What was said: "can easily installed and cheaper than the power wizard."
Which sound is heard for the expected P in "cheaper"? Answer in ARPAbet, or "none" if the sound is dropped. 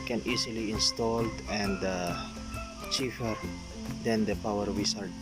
F